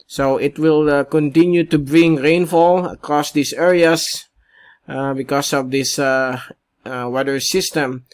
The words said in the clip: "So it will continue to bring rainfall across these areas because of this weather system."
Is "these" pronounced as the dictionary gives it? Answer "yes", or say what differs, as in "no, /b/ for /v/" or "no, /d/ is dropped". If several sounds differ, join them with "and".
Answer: no, /s/ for /z/